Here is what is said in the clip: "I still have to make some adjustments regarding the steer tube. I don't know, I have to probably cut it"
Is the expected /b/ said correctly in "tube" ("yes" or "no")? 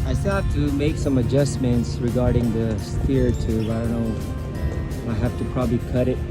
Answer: no